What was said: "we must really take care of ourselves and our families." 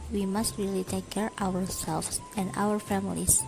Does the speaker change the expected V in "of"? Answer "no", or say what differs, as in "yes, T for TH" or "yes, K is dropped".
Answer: yes, W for V